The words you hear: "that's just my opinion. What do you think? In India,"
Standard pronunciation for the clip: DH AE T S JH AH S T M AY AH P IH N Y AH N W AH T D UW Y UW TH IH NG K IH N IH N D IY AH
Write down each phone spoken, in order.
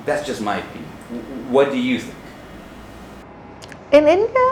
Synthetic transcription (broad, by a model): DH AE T S JH AH S T M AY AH IH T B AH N W AH T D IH Y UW TH IH NG K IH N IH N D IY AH